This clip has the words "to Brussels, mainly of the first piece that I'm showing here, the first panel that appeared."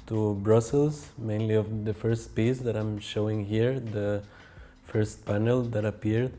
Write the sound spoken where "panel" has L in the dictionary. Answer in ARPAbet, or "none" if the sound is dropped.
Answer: L